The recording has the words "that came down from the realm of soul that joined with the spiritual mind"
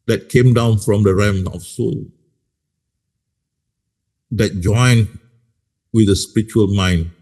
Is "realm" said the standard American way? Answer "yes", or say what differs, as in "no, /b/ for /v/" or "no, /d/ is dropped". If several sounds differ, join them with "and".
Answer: no, /l/ is dropped